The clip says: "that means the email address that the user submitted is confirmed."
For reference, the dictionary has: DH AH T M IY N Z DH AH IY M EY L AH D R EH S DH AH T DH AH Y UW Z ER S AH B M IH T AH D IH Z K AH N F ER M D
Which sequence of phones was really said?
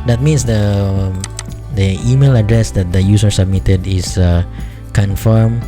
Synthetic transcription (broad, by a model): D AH T M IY N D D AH IY M EY L AH D R EH S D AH T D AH Y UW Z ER S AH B M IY T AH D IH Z K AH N F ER M